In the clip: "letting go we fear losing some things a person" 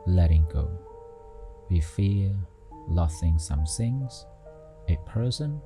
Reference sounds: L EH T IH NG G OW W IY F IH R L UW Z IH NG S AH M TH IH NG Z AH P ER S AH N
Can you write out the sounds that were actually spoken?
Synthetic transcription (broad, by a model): L EH T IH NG G OW W IY F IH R L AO S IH NG S AH M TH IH NG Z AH P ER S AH N